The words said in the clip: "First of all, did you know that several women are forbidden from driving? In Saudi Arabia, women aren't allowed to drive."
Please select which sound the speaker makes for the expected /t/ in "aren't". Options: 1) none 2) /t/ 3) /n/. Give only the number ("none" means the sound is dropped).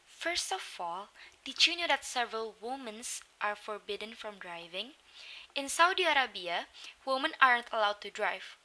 2